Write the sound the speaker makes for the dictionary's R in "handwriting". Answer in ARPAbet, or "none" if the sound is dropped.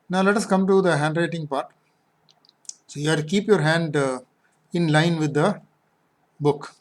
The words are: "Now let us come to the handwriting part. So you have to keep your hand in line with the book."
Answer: R